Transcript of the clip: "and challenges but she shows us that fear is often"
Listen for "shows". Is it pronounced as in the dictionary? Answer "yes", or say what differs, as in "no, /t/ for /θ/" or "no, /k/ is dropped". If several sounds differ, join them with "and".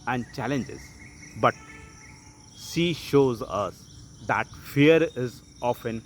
yes